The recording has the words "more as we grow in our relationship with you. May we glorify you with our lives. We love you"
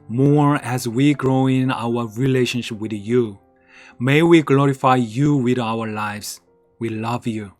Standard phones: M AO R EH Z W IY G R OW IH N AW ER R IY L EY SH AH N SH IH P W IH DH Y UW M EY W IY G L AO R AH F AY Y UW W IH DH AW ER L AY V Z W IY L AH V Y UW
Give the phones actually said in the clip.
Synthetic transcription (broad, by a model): M AO R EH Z W IY G R OW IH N AW ER R IY L EY SH AH N SH IH P W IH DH Y UW M EY W IY G L AO R AH F AY Y UW W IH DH AW ER L AY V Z W IY L AH V Y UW